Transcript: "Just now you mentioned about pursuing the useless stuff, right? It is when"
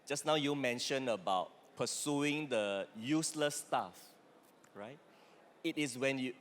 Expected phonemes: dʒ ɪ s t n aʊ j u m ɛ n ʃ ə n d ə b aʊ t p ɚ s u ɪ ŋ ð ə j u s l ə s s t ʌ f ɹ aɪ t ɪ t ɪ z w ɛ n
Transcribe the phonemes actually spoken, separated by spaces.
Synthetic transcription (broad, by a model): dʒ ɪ s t n aʊ j u m ɛ n ʃ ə n ə b aʊ t p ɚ s u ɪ ŋ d ə j u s l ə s s t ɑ f ɹ aɪ t ɪ t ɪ s w ɛ n